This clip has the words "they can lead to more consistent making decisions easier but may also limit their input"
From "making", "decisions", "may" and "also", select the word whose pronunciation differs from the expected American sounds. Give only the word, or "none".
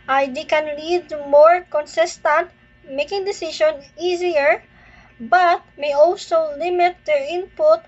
decisions